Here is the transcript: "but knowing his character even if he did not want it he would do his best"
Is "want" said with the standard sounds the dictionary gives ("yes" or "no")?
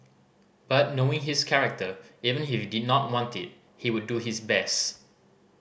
yes